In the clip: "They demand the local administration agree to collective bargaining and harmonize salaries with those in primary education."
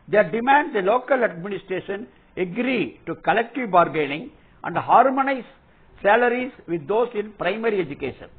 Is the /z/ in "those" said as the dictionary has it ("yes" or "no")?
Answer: no